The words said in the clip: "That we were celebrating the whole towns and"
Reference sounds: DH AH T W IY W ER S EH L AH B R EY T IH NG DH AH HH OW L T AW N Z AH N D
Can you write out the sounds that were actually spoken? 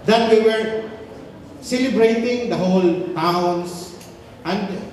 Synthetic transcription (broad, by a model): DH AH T W IY W ER S EH L AH B R EY T IH NG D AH HH OW L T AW N S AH N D